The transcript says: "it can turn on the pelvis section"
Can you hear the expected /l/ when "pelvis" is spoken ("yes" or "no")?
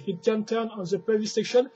no